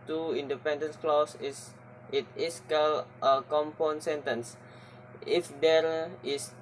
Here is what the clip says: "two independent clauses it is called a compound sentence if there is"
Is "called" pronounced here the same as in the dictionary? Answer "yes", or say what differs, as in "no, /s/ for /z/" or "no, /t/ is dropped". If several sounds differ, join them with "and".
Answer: no, /d/ is dropped